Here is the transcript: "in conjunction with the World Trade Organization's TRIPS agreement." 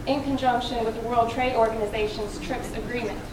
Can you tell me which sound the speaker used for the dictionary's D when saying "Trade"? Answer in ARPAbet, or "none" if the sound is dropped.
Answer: D